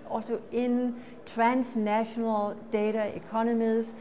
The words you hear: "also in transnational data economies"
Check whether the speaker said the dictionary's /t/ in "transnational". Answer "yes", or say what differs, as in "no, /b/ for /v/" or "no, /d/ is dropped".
no, /s/ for /t/